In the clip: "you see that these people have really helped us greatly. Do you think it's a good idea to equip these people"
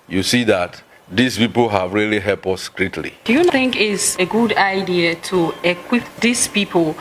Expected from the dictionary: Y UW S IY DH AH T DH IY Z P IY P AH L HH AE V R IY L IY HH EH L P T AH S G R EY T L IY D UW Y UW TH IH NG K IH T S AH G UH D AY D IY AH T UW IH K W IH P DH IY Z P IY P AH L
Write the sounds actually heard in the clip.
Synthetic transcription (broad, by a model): Y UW S IY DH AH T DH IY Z P IY P AH L HH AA V R IY L IY HH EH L P AH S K R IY T L IY D UW Y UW TH IH NG K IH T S AH G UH D AY D IY AH T UW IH K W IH P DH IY S P IY P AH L